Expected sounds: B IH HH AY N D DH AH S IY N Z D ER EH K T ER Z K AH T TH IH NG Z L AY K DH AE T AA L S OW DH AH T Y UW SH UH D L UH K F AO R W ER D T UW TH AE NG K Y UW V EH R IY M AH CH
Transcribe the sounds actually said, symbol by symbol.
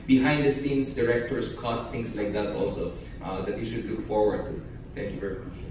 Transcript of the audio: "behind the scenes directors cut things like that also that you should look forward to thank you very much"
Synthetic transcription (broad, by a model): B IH HH AY N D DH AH S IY N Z D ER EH K T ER S K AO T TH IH NG S L AY K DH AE T AA L S OW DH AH T Y UW SH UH D L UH K F AO R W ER D T UW T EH NG K Y UW V EH R IY M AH CH